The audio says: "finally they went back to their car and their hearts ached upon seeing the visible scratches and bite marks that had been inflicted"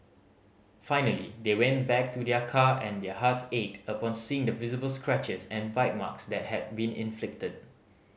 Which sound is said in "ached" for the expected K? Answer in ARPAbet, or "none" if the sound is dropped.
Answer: none